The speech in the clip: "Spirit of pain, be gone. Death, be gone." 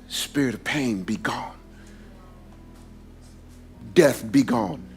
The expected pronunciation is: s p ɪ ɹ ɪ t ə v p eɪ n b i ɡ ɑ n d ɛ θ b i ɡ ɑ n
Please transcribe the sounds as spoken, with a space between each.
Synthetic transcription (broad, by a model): s p ɪ ɹ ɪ t ə v p eɪ n b i ɡ ɑ n d ɛ θ b i ɡ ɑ n